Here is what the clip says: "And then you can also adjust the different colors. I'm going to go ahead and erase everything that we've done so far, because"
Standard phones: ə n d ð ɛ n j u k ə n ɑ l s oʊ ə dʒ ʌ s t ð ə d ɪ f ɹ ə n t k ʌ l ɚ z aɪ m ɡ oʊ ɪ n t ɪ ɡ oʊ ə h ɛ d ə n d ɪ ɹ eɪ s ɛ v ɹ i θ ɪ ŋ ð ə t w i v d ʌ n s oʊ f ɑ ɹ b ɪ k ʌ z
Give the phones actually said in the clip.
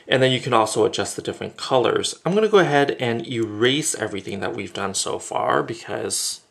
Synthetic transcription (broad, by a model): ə n ð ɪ n j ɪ k ə n ɑ l s oʊ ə dʒ ʌ s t ð ə d ɪ f ɹ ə n k ʌ l ɚ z aɪ m ɡ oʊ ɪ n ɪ ɡ oʊ ə h ɛ d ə n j ɪ ɹ eɪ s ɛ v ɹ i θ ɪ ŋ ð ə t w i v d ʌ n s oʊ f ɑ ɹ b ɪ k ʌ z